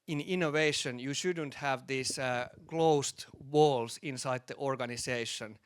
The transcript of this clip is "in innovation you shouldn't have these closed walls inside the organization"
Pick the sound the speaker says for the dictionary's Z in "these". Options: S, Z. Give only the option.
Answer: S